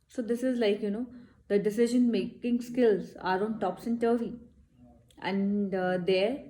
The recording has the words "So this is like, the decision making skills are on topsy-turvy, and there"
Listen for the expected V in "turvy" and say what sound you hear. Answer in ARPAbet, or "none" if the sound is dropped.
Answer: none